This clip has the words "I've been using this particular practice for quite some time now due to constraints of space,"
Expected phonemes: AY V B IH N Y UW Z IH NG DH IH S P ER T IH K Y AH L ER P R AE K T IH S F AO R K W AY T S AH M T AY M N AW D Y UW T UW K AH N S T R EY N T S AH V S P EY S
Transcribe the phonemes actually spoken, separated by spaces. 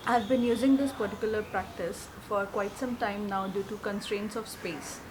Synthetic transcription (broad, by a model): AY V B IH N Y UW Z IH NG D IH S P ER T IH K Y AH L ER P R AE K T IH S F AO R K W AY T S AH M T AY M N AW D Y UW T UW K AH N S T R EY N T S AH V S P EY S